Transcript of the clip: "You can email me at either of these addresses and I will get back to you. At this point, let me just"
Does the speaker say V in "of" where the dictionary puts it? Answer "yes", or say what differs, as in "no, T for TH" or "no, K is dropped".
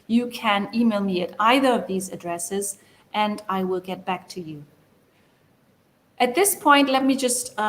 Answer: yes